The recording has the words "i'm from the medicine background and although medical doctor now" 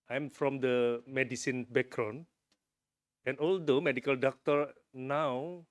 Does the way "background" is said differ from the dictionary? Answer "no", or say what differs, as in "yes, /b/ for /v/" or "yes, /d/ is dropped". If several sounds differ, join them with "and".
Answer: yes, /d/ is dropped